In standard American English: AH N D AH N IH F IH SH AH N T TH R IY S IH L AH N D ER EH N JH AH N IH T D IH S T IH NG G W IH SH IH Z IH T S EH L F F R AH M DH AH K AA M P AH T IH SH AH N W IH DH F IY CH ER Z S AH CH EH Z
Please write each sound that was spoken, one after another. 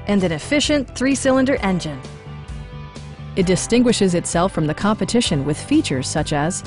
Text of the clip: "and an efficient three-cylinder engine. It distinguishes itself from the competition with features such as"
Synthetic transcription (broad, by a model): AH N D AH N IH F IH SH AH N TH R IY S IH L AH N D ER EH N JH AH N IH T D IH S T IH NG G W IH SH IH Z IH T S EH L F F R AH M DH AH K AA M P AH T IH SH AH N W IH DH F IY CH ER Z S AH CH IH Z